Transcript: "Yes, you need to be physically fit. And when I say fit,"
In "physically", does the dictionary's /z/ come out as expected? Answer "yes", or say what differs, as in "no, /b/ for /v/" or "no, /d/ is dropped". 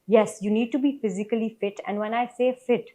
yes